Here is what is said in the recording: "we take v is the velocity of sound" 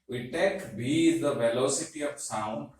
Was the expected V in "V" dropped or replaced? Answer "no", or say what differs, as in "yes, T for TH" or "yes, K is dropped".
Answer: yes, B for V